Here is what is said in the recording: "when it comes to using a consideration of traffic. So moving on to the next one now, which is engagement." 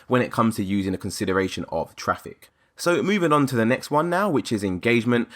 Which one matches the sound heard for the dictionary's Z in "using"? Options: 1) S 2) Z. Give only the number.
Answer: 2